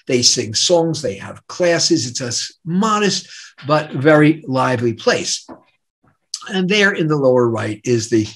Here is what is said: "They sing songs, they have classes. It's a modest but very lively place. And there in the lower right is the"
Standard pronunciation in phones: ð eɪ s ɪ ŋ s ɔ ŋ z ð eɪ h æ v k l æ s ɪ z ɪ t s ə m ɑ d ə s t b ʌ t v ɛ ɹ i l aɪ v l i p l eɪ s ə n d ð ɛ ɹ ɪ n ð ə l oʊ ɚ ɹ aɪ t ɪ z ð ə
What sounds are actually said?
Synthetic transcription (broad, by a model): ð eɪ s ɪ ŋ s ɔ ŋ z ð eɪ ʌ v k l æ s ɪ z ɪ t s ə m ɑ d ə s t b ʌ t v ɛ ɹ i l aɪ v l i p l eɪ s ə n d ð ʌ ɹ ɪ n ð ə l oʊ ɚ ɹ aɪ t ɪ z ð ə